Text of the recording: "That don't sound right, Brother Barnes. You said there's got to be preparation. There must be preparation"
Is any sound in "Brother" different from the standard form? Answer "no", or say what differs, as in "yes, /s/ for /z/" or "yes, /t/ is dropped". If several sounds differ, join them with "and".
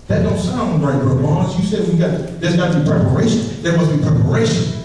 yes, /ɹ/ is dropped